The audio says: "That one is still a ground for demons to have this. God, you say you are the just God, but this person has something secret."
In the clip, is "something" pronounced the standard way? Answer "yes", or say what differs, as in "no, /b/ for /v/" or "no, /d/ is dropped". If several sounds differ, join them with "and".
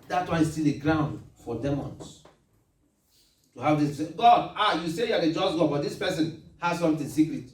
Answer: no, /t/ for /θ/